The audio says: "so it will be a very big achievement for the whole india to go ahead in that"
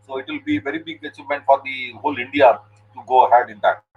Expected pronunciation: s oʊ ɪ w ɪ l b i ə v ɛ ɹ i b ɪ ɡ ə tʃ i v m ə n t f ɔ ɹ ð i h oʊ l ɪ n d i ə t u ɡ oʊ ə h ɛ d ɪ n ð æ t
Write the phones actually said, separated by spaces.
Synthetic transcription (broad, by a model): s oʊ ɪ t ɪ l b i v ɛ ɹ i b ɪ ɡ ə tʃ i m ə n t f ɔ ɹ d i h oʊ l ɪ n d i ə t u ɡ oʊ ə h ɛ d ɪ n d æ t